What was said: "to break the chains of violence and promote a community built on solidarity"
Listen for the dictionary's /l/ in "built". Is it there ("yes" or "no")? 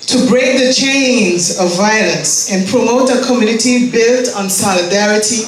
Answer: yes